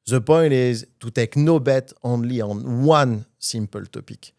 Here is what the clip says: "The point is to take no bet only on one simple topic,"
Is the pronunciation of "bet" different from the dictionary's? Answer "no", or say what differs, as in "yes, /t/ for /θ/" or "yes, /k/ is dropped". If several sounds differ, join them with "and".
no